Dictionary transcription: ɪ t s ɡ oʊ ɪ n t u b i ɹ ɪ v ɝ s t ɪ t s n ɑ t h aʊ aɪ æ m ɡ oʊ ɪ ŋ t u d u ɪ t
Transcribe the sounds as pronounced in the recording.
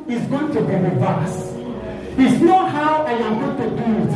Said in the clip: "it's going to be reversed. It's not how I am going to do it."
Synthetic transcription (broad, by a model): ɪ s ɡ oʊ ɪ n t u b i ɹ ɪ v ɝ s ɪ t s n ɑ t h aʊ aɪ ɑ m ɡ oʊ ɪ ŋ t u d u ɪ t